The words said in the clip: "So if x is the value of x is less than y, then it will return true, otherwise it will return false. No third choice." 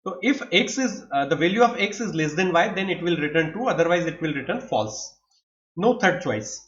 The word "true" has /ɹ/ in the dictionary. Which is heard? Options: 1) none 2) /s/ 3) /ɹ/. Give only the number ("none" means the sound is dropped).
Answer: 1